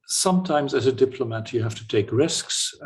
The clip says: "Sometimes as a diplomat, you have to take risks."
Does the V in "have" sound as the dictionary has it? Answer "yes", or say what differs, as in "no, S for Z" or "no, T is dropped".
no, F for V